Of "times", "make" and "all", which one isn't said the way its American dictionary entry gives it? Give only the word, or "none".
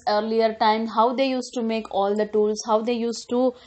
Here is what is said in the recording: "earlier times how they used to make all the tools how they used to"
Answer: times